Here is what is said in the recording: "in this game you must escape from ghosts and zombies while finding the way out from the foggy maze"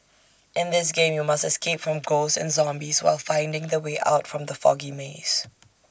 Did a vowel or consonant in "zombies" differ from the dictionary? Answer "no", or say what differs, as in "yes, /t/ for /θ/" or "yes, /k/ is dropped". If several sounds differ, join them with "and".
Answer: no